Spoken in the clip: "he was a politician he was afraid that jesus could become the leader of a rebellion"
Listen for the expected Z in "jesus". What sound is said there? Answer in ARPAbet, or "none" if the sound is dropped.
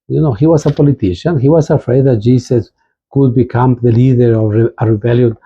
S